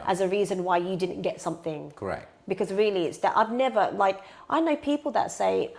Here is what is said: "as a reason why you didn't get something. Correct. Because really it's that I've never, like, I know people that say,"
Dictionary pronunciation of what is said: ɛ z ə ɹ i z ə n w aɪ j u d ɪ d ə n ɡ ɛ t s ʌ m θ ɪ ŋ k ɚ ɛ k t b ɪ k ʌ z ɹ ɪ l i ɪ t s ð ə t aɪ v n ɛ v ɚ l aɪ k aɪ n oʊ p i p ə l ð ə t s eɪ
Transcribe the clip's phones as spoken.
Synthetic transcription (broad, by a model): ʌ z ə ɹ i z ə n w aɪ j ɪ d ɪ d n ɡ ɛ t s ʌ m θ ɪ ŋ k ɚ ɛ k b ɪ k ʌ z ɹ ɪ l i ɪ t s ð ə t aɪ v n ɛ v ɚ l aɪ k aɪ n oʊ p i p l ð ə t s eɪ